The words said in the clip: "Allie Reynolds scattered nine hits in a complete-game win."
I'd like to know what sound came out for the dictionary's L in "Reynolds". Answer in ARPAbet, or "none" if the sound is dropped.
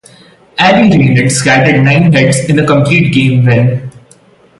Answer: none